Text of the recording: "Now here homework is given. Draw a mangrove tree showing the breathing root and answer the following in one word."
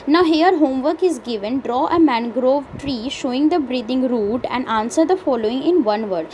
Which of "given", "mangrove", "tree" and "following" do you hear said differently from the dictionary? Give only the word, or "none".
none